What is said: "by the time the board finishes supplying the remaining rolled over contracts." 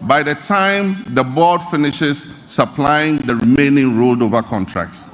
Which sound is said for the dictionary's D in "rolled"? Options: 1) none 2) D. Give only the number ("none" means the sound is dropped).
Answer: 2